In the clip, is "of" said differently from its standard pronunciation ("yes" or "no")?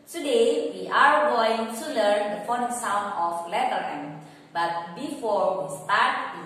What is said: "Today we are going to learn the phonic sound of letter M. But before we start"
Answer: yes